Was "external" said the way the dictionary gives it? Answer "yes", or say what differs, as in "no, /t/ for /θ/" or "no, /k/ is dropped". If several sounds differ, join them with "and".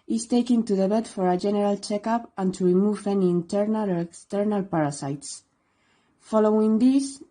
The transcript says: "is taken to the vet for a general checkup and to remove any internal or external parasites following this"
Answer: yes